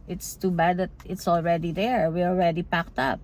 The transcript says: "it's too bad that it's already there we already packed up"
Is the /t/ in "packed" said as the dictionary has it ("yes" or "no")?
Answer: yes